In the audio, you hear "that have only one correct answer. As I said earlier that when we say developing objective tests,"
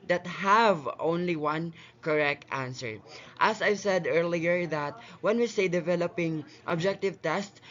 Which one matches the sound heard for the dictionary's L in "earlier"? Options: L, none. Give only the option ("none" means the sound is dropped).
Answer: L